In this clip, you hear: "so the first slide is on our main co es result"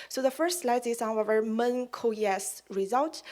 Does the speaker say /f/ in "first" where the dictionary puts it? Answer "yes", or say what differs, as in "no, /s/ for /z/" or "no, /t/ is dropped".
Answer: yes